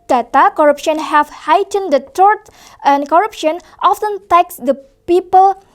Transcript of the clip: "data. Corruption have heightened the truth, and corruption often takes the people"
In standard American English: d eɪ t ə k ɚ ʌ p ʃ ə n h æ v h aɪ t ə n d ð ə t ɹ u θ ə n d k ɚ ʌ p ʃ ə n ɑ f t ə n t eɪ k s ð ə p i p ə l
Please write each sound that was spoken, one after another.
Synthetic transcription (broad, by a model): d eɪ t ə k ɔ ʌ p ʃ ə n h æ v h aɪ t ə n d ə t u t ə n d k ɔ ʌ p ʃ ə n ɑ f t ə n t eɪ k s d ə p i p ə l